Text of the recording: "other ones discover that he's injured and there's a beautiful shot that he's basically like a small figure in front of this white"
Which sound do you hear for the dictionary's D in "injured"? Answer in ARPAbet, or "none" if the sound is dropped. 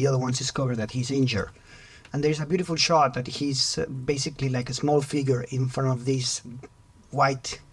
none